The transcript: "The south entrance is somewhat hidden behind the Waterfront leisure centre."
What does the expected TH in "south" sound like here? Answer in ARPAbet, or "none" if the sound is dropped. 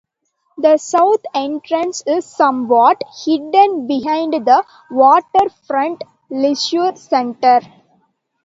T